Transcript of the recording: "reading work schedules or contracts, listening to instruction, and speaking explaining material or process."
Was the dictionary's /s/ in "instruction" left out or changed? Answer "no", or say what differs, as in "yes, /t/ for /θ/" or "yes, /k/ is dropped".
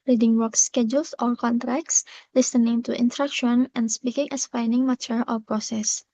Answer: yes, /s/ is dropped